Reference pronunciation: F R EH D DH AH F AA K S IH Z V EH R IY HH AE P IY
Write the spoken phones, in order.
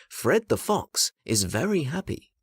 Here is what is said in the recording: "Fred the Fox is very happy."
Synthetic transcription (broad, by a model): F R EH D DH AH F AA K S IH Z V EH R IY HH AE P IY